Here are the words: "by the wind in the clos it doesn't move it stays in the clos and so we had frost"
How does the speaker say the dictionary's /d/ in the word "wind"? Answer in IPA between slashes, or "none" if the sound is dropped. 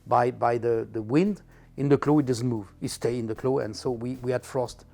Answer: /d/